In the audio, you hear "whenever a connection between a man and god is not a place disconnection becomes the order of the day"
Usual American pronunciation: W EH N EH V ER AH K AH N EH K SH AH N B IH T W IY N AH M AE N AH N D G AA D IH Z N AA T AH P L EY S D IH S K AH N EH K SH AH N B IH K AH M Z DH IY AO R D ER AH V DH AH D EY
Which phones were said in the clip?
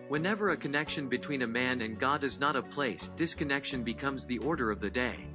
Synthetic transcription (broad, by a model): W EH N EH V ER AH K AH N EH K SH AH N B IH T W IY N AH M AE N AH N G AA D IH Z N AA T AH P L EY S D IH S K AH N EH K SH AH N B IH K AH M Z DH IY AO R D ER AH V DH AH D EY